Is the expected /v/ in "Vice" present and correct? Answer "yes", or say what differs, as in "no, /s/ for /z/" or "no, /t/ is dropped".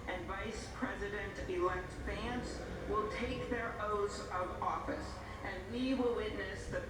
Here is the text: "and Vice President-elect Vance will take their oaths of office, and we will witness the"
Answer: yes